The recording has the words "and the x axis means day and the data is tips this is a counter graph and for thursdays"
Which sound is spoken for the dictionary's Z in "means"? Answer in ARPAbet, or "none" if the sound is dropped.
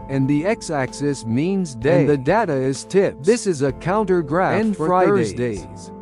Z